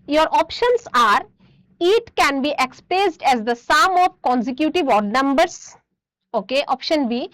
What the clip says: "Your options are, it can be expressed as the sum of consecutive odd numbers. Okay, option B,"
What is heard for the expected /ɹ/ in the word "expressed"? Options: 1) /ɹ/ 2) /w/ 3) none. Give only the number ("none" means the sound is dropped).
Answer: 3